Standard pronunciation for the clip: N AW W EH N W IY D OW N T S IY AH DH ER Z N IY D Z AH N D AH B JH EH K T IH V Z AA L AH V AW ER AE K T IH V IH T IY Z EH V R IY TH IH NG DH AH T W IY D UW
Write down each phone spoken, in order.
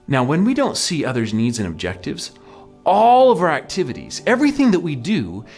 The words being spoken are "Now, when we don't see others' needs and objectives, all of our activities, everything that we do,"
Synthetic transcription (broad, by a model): N AW W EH N W IY D OW N T S IY AH DH ER Z N IY D Z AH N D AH B JH EH K T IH V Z AA L AH V AW ER AE K T IH V IH T IY Z EH V R IY TH IH NG DH AH T W IY D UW